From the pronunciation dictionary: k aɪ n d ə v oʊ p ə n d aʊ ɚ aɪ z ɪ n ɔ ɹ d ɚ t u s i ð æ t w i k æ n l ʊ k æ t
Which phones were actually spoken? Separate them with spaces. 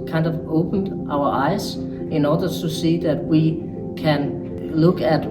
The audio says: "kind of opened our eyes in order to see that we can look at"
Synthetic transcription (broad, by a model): k aɪ n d ə v oʊ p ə n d aʊ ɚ aɪ s ɪ n ɔ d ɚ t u s i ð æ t w i k æ n l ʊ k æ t